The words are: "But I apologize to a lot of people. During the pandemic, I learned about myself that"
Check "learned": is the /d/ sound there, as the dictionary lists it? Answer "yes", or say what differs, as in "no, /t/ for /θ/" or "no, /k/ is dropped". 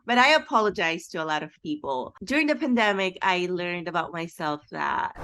yes